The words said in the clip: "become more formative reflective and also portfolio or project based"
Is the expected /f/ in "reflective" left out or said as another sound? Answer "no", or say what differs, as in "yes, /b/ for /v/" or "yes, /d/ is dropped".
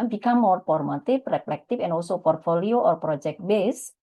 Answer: yes, /p/ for /f/